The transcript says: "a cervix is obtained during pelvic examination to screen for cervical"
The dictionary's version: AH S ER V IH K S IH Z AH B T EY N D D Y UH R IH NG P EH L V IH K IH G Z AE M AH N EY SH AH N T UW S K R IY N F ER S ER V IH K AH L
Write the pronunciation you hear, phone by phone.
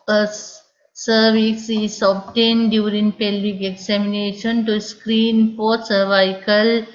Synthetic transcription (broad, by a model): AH S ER V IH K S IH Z AH B T EY N D D Y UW R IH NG P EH L IH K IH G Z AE M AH N EY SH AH N T UW S K R IY N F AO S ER V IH K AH L